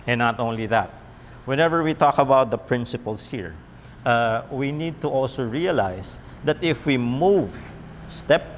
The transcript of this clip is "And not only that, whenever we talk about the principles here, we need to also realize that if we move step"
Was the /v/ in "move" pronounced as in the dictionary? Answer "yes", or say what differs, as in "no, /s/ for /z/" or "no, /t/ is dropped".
yes